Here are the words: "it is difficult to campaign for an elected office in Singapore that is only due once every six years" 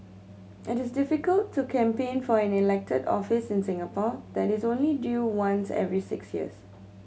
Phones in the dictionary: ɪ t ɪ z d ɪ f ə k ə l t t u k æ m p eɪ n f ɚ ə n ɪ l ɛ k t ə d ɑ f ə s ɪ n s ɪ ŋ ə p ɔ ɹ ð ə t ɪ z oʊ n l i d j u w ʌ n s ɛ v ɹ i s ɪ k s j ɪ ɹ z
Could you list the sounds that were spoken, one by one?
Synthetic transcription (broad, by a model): ɪ t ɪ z d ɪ f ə k ə l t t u k æ m p eɪ n f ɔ ə n ɪ l ɛ k t ə d ɑ f ə s ɪ n s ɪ ŋ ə p ɔ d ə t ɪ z oʊ n l i d j u w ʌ n s ɛ v ɹ i s ɪ k s j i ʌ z